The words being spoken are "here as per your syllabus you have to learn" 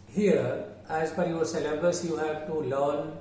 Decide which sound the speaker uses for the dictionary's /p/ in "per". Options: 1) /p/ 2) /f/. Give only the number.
2